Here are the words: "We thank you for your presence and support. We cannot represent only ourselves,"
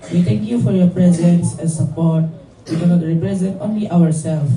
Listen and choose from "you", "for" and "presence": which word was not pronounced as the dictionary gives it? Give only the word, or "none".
none